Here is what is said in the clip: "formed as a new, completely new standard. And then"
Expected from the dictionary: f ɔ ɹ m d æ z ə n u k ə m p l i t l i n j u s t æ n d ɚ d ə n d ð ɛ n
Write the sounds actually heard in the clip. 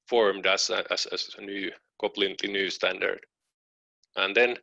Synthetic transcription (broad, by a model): f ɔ ɹ m d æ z ə n u k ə p l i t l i n j u s t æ n d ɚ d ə n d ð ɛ n